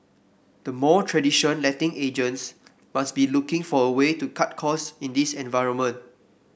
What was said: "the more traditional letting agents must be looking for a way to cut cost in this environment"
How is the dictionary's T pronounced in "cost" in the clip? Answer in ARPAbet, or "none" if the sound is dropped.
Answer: none